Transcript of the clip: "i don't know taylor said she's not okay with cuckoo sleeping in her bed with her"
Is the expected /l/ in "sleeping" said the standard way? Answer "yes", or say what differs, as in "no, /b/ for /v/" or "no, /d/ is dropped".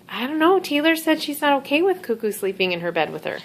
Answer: yes